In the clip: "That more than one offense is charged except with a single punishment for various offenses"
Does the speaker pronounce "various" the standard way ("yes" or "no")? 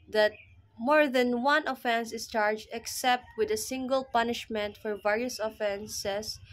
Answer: yes